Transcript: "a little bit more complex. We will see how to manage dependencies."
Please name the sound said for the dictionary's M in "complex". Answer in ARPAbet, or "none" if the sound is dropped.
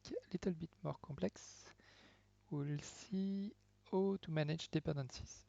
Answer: none